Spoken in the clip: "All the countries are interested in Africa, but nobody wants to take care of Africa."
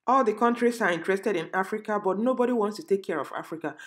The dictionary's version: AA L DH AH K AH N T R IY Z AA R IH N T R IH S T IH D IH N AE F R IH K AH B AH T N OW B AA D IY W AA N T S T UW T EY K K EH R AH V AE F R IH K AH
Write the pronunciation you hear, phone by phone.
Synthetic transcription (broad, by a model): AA L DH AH K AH N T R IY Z AA R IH N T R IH S T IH D IH N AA F R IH K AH B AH T N OW B AA D IY W AA N T S T UW T EY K K EH R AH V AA F R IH K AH